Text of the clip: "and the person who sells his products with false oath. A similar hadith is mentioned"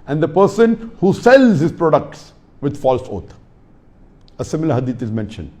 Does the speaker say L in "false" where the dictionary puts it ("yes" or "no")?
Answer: yes